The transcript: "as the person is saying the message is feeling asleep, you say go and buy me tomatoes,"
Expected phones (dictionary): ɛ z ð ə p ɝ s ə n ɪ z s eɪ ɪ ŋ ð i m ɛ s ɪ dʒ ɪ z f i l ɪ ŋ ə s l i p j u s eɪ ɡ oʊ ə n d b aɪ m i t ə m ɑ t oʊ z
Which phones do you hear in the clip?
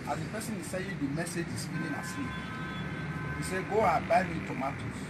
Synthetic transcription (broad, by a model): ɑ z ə p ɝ s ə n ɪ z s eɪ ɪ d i m ɛ s ɪ dʒ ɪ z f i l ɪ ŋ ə s i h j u s eɪ ɡ oʊ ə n b aɪ m i t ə m ɑ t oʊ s